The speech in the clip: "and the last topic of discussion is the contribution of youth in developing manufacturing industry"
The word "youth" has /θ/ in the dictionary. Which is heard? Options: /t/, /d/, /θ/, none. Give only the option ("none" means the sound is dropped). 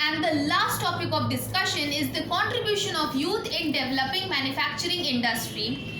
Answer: /t/